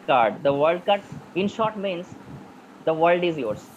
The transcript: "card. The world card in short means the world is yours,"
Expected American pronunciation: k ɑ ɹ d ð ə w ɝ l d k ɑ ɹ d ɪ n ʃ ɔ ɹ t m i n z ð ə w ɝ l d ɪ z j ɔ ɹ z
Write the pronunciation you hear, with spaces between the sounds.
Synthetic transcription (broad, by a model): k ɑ ɹ d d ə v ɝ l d k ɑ ɹ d ɪ n ʃ ɔ ɹ t m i n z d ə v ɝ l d ɪ z j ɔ ɹ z